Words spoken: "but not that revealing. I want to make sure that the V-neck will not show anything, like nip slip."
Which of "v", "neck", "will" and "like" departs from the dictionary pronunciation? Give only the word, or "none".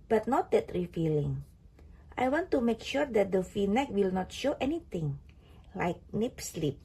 v